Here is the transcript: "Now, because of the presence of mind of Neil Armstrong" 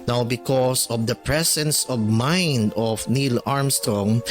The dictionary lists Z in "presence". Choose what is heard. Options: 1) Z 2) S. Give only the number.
2